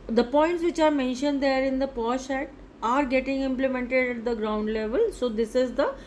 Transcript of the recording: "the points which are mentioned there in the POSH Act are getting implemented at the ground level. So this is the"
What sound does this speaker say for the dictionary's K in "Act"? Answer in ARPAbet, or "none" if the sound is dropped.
none